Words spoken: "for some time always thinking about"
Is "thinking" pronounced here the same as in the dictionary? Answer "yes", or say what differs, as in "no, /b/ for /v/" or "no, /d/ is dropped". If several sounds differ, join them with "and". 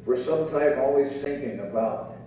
yes